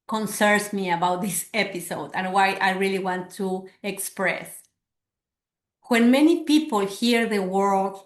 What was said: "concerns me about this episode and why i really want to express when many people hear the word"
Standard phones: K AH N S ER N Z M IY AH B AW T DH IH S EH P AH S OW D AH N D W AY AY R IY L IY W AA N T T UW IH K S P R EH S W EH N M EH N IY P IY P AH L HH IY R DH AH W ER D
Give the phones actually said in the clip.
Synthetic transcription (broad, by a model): K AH N S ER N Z M IY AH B AW T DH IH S EH P AH S OW D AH N W AY AY R IY L IY W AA N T T UW IH K S P R EH S W EH N M EH N IY P IY P AH L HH IY R DH AH W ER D